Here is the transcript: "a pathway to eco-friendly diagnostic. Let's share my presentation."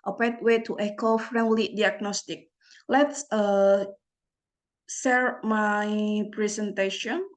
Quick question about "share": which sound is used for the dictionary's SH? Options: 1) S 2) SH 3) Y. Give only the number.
1